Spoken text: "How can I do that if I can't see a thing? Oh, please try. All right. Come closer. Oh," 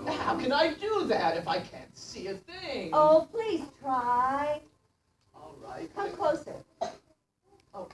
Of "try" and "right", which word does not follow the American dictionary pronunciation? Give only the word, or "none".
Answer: none